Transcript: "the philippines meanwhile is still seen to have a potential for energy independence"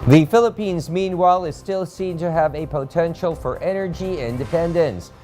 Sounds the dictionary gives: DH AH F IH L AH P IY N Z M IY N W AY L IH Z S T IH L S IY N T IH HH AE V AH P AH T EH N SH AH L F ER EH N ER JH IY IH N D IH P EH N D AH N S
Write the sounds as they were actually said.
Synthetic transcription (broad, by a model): DH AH F IH L AH P IY N Z M IY N W AY L IH Z S T IH L S IY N T IH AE V AH P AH T EH N SH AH L F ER EH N ER JH IY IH N D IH P EH N D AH N S